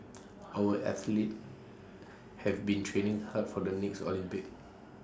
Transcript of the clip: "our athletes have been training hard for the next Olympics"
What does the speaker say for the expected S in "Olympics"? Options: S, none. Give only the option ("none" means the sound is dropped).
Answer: none